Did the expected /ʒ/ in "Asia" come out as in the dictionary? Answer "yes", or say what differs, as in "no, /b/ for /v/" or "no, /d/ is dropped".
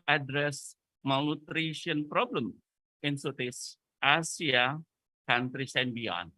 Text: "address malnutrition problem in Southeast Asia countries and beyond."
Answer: no, /s/ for /ʒ/